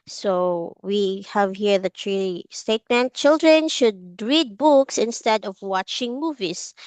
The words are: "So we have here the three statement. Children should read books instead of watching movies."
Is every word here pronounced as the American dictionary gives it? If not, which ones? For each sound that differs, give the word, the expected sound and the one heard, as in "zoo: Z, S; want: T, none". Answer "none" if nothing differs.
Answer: three: TH, T